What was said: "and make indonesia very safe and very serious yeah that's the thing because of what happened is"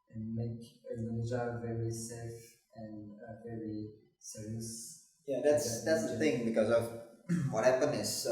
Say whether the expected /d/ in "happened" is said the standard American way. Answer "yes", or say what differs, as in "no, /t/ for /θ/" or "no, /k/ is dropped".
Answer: no, /d/ is dropped